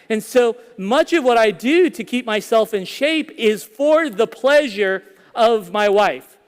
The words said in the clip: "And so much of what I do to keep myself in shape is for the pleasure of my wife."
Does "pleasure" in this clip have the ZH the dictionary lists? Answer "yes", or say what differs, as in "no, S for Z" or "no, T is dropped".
yes